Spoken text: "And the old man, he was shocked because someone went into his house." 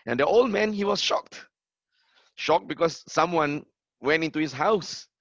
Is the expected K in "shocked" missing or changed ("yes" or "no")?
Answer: no